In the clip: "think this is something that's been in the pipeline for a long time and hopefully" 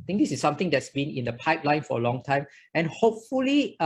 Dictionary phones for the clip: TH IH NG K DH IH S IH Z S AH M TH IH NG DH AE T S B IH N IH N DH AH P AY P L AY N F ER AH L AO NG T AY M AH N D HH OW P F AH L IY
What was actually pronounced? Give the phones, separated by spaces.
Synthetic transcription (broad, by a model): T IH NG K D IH S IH S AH M T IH NG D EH T S B IH N IH N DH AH P AY P L AY N F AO AH L AO NG T AY M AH N HH OW P F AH L IY